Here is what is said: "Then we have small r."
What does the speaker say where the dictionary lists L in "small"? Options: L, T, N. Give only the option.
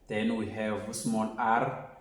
N